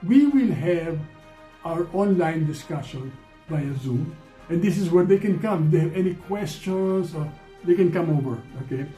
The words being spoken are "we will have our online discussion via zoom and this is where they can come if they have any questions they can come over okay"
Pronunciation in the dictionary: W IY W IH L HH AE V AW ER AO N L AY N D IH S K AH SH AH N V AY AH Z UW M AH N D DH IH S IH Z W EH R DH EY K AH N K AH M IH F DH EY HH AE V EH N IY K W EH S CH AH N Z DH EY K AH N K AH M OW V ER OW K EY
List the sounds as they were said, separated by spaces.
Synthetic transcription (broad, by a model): W IY W IH L HH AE V AW ER AO N L AY N D IH S K AH SH AH N B AY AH Z UW M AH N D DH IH S IH Z W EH R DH EY K AH N K AH M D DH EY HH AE V EH N IY K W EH S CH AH N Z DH EY K AH N K AH M OW V ER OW K EY